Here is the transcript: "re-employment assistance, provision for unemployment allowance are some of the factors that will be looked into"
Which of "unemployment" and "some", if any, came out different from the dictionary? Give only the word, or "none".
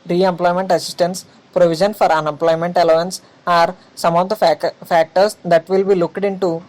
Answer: none